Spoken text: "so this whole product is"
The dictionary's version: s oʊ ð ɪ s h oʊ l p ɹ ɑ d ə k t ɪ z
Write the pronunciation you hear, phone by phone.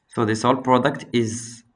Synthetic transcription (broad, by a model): s oʊ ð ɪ s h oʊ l p ɹ ɑ d ə k t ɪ z